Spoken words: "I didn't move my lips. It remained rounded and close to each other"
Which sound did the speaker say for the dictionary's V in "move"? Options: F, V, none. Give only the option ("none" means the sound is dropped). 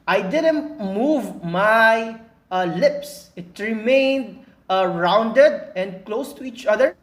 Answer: V